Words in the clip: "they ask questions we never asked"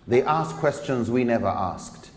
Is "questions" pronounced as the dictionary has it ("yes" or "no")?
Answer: yes